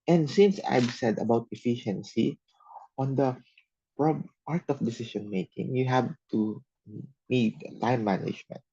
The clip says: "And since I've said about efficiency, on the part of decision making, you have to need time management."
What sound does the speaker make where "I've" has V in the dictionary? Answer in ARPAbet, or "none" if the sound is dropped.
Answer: B